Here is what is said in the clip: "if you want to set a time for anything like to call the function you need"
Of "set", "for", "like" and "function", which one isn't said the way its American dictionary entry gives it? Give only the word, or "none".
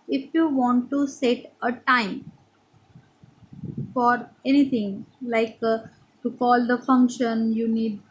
none